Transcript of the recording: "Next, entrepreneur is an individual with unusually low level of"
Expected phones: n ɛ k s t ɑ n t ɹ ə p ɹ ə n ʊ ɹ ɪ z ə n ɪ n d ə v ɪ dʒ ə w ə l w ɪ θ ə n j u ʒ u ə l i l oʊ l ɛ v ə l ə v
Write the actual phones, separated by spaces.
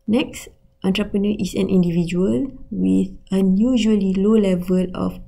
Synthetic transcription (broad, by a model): n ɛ k s t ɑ n t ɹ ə p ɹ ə n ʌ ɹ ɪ s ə n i n d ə v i dʒ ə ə l w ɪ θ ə n j u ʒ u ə l i l oʊ l ɛ v ə l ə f